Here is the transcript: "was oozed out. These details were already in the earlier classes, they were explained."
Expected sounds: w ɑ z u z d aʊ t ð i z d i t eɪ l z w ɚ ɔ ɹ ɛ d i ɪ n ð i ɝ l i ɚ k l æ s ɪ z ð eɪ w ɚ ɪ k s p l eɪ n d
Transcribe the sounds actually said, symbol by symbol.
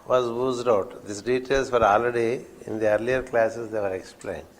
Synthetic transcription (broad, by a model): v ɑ z u z d aʊ t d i s d i t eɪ l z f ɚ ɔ l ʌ d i ɪ n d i ɝ l i ɚ k l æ s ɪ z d eɪ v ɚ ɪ k s p l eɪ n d